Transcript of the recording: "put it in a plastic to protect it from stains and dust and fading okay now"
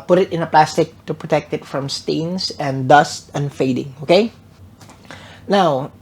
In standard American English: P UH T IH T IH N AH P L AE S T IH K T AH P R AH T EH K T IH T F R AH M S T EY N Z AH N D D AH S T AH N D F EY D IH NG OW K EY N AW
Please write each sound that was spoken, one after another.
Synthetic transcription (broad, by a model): P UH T IH T IH N AH P L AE S T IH K T AH P R AH T EH K T IH T F R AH M S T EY N S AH N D D AH S T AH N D F EY D IH NG OW K EY N AW